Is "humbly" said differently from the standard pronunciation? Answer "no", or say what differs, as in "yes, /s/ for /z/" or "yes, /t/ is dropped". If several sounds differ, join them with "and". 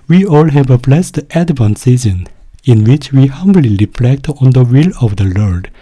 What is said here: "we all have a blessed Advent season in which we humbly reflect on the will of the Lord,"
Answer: no